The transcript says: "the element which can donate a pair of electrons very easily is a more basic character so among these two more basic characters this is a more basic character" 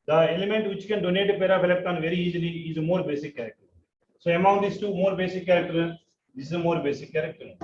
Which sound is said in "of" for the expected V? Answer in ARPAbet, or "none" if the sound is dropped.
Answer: P